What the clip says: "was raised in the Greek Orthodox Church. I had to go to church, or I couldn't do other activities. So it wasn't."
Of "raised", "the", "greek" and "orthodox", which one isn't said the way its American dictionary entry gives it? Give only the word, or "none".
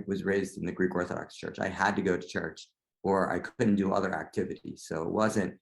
none